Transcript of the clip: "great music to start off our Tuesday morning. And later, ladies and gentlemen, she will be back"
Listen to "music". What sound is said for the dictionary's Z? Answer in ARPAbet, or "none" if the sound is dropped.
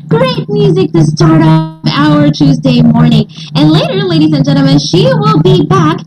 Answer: Z